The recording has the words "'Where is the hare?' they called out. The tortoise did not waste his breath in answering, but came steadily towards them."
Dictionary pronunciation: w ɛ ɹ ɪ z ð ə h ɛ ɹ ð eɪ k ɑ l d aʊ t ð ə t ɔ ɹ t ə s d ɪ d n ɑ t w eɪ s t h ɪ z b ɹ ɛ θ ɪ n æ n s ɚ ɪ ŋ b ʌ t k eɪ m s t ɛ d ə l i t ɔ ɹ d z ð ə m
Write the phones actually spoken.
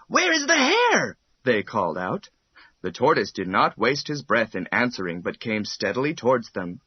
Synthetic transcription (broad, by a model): w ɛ ɹ ɪ z ð ə h ɛ ɹ ð eɪ k ɑ l d aʊ t ð ə t ɔ ɹ t ə s d ɪ d n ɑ t w eɪ s t h ɪ z b ɹ ɛ θ ɪ n æ n s ɚ ɪ ŋ b ʌ t k eɪ m s t ɛ d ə l i t ɔ ɹ d z ð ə m